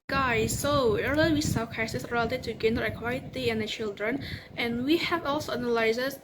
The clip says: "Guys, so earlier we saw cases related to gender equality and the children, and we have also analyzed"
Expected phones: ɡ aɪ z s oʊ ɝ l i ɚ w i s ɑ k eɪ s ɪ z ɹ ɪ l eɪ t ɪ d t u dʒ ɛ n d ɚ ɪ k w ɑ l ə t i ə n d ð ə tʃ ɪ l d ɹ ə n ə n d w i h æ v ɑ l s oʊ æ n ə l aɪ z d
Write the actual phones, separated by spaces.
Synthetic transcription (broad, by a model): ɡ aɪ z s oʊ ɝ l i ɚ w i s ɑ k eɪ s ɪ s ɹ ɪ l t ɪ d t u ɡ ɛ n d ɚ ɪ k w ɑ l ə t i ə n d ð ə tʃ ɪ l d ɹ ə n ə n w i h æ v ɑ l s oʊ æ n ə l aɪ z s